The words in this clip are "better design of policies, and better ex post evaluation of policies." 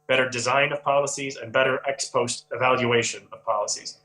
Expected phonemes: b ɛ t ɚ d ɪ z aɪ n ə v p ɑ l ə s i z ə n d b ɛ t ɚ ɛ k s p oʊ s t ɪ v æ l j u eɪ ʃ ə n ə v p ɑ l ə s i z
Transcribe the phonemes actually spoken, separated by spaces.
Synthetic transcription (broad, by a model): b ɛ t ɚ d ɪ z aɪ n ə v p ɑ l ə s i z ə n b ɛ t ɚ ɛ k s p oʊ s t ɪ v æ l j u eɪ ʃ ə n ə v p ɑ l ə s i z